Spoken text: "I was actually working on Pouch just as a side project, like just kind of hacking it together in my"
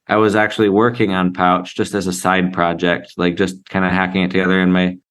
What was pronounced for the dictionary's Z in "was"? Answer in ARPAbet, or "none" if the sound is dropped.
Z